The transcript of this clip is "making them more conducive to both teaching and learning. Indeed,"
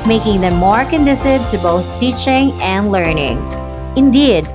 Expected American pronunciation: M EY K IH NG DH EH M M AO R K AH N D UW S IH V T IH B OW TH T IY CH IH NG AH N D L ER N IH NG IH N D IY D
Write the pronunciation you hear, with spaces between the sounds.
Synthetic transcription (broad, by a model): M EY K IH NG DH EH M M AO R K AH N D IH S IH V T IH B OW TH T IY CH IH NG AH N D L ER N IH NG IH N D IY D